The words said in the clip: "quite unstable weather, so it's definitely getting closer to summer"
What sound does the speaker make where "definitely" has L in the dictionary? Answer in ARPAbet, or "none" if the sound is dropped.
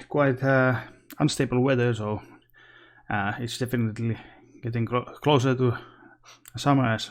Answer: L